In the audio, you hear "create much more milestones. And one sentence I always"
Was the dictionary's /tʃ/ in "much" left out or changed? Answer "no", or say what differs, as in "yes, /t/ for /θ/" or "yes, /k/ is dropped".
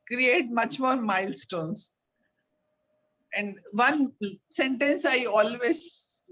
no